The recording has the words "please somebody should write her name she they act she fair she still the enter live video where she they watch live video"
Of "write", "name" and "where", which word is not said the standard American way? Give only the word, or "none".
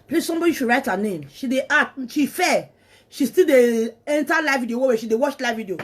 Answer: where